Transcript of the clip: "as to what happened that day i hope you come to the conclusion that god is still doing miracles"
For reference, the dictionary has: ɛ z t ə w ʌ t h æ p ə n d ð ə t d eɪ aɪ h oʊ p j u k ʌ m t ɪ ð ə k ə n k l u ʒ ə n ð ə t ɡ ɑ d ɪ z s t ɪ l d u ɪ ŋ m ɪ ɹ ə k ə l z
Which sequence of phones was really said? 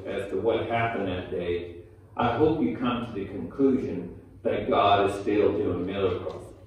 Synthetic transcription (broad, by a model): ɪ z t ə w ʌ t h æ p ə n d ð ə t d eɪ aɪ h oʊ p j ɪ k ʌ m t ɪ ð ə k ə n k l u ʒ ə n ð ə t ɡ ɑ d ɪ z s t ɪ l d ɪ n m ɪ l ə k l